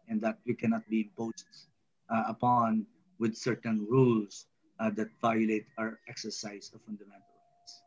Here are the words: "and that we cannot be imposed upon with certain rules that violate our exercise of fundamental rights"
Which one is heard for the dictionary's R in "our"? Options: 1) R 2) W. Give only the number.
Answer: 1